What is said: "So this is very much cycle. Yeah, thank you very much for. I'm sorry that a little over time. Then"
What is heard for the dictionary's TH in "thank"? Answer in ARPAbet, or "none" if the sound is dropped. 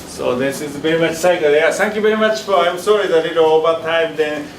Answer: T